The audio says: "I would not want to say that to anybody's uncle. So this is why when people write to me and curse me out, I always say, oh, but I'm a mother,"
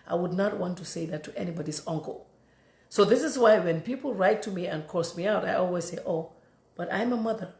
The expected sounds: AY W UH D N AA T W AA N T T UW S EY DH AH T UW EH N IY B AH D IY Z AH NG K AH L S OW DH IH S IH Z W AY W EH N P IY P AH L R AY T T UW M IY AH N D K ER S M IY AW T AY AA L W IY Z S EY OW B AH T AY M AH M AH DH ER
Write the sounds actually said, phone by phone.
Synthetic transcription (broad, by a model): AY W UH D N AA T W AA N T T UW S EY DH AH T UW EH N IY B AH D IY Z AH NG K AH L S OW DH IH S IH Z W AY W EH N P IY P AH L R AY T T UW M IY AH N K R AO S M IY AW T AY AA L W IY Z S EY OW B AH T AY M AH M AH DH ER